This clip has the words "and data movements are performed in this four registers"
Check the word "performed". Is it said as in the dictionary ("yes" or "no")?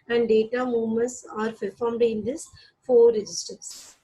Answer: no